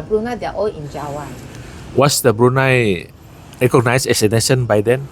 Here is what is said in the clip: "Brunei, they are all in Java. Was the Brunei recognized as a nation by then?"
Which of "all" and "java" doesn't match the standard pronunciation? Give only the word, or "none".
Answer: java